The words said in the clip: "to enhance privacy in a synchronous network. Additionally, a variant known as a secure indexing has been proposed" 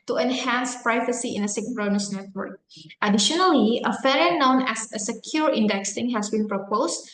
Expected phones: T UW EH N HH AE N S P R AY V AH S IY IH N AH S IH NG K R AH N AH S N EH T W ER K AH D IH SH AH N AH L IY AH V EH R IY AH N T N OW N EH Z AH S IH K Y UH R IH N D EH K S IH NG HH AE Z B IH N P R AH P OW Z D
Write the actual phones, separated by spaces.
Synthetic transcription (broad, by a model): T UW EH N HH AE N S P R AY V AH S IY IH N AH S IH K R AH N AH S N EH T W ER K AH D IH SH AH N AH L IY AH F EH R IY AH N N OW N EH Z AH S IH K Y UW R IH N D EH K S IH NG HH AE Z B IH N P R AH P OW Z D